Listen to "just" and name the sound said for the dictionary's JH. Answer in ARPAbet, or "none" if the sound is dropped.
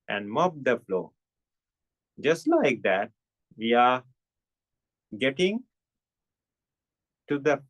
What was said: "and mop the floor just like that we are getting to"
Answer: JH